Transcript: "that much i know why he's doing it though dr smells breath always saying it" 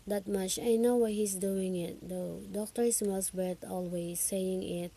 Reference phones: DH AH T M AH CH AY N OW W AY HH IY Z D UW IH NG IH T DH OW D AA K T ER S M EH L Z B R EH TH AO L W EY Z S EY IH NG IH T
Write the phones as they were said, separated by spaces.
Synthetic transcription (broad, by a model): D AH T M AH CH AY N OW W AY HH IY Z D UW IH NG IH T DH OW D AA K T ER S M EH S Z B EH T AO L W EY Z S EY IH NG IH T